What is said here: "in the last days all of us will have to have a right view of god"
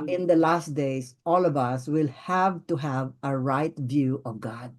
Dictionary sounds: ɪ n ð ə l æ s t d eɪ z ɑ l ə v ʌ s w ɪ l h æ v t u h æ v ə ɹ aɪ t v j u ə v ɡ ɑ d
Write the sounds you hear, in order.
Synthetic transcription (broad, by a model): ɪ n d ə l æ s t d eɪ s ɑ l ə v ʌ s w ɪ l h æ v t u h æ v ə ɹ aɪ t v j u ə v ɡ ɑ d